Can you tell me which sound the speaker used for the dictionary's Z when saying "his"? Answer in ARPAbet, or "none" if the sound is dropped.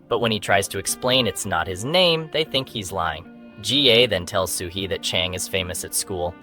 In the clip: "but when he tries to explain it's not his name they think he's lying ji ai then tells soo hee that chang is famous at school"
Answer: Z